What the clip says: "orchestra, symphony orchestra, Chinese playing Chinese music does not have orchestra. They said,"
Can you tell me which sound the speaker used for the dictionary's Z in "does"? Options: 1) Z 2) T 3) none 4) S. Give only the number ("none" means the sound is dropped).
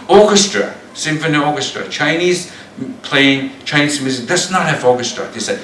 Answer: 4